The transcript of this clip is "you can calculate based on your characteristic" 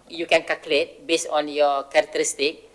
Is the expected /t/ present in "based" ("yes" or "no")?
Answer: no